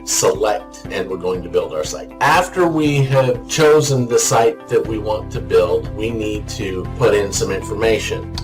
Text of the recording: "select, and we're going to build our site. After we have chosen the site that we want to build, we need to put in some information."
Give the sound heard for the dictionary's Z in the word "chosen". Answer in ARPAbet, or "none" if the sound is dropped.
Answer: Z